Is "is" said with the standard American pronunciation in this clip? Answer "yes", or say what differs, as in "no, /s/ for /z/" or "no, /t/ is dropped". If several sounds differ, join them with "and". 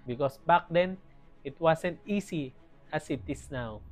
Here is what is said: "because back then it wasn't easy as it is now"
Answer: no, /s/ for /z/